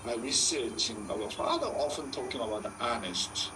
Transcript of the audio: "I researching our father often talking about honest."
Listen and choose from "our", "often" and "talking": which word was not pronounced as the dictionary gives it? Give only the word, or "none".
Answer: our